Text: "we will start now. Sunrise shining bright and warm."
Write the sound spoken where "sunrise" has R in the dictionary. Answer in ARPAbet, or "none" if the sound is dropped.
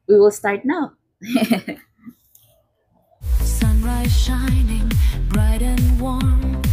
R